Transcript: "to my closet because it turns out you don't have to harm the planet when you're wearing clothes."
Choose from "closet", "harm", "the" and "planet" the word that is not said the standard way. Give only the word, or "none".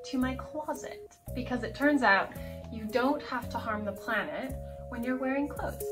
none